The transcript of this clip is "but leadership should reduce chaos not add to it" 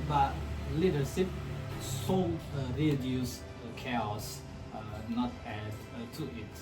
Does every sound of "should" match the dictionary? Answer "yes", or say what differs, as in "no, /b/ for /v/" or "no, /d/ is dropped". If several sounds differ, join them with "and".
no, /s/ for /ʃ/